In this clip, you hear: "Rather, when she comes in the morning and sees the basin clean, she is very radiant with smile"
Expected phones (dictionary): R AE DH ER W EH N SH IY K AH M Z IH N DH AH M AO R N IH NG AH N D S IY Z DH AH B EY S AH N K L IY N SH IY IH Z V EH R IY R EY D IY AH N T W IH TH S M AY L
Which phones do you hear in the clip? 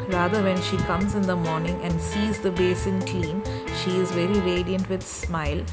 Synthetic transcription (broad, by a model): R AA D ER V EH N SH IY K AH M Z IH N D AH M AO R N IH NG AH N D S IY Z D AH B EY S AH N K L IY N SH IY IH Z V EH R IY R EY D IY AH N T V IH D S M AY L